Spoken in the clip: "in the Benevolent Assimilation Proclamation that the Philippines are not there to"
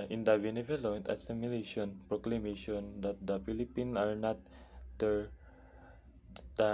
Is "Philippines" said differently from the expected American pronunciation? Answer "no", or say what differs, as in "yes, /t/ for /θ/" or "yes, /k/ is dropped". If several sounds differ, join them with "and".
yes, /z/ is dropped